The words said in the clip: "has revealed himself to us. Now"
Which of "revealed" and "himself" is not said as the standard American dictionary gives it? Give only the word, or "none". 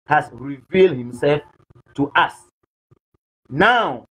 none